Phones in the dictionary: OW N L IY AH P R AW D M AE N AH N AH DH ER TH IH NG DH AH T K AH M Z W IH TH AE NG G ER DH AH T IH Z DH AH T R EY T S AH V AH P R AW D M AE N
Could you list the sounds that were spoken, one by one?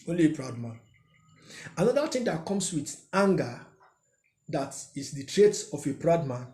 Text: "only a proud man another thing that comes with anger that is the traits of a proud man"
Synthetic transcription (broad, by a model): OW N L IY AH P R AW D M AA N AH N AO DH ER T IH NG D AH T K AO M S W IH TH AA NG G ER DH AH T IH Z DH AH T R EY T AH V AH P R AW D M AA N